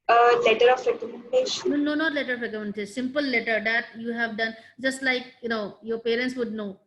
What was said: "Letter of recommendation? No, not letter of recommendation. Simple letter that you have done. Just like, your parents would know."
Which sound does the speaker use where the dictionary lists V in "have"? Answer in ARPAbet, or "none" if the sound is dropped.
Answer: V